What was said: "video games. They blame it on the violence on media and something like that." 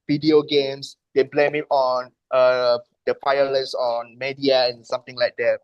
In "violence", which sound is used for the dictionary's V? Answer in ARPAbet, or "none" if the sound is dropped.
P